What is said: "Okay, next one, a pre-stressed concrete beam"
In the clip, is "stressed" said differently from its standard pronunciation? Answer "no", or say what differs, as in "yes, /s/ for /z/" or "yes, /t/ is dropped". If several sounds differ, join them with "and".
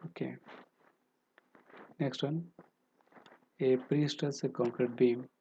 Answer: yes, /ɹ/ is dropped